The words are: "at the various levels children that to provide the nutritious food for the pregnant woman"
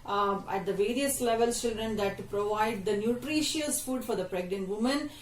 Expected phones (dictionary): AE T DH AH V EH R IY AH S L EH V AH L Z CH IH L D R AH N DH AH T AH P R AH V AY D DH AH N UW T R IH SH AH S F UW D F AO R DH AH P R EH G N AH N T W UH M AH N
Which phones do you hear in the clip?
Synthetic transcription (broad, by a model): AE T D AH V EH R IY AH S L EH V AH L S CH IH L D R AH N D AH T P R AH V AY D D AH N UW T R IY SH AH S F UW D F AO R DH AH P R EH G N AH N T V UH M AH N